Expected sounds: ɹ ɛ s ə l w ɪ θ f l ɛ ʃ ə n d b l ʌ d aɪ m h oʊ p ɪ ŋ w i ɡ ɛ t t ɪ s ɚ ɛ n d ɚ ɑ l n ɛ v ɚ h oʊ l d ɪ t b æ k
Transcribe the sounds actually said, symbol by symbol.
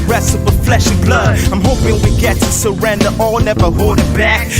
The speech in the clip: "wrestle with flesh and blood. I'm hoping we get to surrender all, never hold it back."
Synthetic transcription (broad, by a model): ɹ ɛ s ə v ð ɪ f l ɛ ʃ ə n b l ʌ d aɪ m h oʊ p ɪ ŋ w i ɡ ɛ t t ɪ s ɚ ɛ n d ɚ ɑ l n ɛ v ɚ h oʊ d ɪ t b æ k